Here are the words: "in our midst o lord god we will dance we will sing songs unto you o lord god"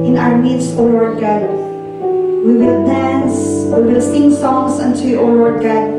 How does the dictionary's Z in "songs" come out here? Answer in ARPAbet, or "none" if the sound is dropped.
S